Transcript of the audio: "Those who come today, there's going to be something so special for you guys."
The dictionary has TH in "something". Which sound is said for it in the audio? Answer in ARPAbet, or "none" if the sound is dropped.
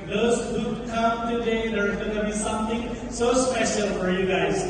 T